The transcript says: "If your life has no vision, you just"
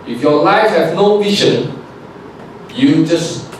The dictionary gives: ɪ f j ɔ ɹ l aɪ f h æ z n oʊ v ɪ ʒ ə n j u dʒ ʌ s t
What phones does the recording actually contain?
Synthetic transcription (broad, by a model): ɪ f j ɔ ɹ l aɪ f h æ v n oʊ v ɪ ʃ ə n j u dʒ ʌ s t